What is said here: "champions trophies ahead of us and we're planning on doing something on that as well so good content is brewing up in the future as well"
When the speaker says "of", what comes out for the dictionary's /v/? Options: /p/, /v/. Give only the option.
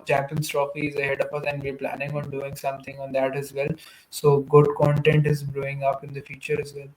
/p/